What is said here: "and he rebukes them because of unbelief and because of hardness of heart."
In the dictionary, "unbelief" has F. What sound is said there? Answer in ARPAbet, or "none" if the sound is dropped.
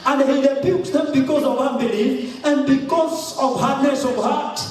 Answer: none